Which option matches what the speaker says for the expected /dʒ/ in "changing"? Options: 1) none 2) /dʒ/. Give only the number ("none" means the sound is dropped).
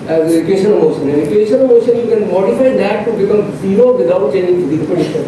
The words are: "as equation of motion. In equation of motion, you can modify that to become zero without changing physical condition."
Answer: 1